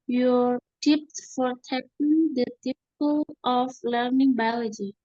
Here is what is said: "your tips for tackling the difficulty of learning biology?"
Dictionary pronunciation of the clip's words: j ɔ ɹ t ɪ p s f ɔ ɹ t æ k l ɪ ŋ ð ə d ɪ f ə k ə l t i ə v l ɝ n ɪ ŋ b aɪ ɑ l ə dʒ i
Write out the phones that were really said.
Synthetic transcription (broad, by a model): j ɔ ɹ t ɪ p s f ɔ ɹ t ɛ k ɪ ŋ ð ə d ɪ p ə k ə l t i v l ɝ n ɪ ŋ b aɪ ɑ l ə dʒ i